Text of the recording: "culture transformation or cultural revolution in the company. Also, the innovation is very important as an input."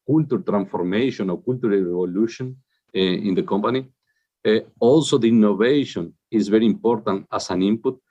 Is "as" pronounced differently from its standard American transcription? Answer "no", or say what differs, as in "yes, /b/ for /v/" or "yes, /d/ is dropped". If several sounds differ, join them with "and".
yes, /s/ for /z/